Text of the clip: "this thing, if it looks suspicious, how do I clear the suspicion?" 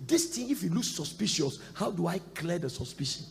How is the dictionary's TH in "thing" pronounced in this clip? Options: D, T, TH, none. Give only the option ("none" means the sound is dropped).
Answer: T